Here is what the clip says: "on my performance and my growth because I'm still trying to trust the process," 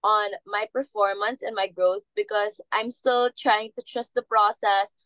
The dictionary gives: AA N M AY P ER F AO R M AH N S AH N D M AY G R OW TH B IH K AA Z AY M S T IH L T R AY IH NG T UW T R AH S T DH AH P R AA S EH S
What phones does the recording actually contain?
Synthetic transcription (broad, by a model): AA N M AY P ER F AO R M AH N S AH N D M AY G R OW TH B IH K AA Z AY M S T IH L T R AY IH NG T UW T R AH S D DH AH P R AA S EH S